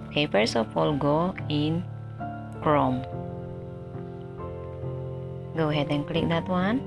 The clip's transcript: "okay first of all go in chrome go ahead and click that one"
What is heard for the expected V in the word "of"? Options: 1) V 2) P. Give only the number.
2